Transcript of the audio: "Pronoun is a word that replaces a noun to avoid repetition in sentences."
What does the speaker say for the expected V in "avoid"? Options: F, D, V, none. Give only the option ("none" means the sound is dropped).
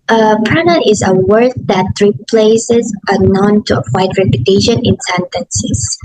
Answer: F